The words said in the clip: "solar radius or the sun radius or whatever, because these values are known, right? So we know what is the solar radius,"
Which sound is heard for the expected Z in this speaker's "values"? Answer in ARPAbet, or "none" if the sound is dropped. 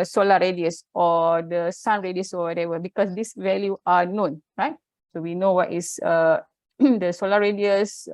none